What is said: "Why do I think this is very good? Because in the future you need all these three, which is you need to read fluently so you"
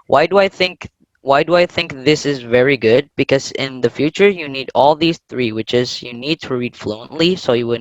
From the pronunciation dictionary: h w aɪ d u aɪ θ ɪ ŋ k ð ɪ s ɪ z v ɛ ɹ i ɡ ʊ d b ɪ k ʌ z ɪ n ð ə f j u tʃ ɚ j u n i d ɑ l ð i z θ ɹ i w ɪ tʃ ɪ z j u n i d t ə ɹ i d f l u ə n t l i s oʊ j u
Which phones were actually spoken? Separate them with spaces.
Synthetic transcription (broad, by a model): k w aɪ d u aɪ θ ɪ ŋ k ð ɪ s ɪ z v ɛ ɹ i ɡ ʊ d b ɪ k ʌ z ɪ n ð ə f j u tʃ ɚ j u n i d ɑ l ð i z θ ɹ i w ɪ tʃ ɪ z j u n i d t ə ɹ i d f l u ə n t l i s oʊ j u